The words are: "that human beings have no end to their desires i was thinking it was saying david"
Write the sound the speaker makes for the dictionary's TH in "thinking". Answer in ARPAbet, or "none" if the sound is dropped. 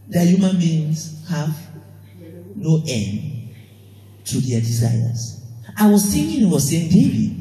S